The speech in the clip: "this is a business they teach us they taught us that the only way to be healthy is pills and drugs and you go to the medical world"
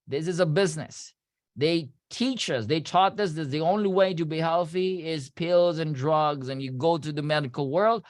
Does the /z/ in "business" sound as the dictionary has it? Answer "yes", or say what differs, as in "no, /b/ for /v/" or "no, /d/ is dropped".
yes